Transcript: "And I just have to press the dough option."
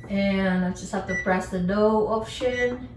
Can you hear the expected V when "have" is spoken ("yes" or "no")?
no